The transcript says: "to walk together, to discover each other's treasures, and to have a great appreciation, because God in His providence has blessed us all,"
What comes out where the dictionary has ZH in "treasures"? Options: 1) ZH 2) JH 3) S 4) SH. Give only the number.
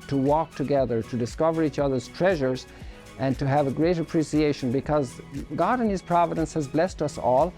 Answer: 1